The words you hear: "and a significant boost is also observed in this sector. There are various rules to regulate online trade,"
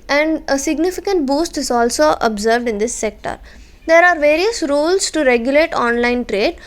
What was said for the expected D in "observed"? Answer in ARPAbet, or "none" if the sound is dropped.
D